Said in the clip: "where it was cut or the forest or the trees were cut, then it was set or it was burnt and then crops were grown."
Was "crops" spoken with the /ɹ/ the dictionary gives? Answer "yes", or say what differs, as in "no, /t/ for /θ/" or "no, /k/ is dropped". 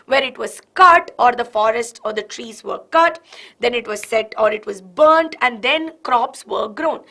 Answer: yes